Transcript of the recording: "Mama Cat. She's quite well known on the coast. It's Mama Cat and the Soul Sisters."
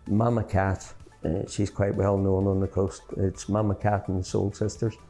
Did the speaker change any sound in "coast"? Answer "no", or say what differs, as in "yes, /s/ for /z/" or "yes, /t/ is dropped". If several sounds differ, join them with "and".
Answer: no